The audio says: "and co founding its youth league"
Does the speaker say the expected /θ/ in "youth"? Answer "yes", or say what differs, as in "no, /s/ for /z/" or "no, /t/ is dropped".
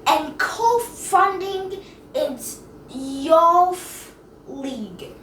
no, /f/ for /θ/